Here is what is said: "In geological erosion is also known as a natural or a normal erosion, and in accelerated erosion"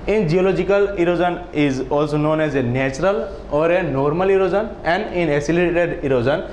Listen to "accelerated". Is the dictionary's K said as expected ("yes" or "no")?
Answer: no